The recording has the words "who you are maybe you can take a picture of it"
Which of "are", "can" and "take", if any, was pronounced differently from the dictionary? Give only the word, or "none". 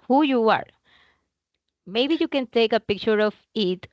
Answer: none